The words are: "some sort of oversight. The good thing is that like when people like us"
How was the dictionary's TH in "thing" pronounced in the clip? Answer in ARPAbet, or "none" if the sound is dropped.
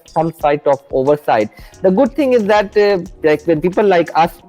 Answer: T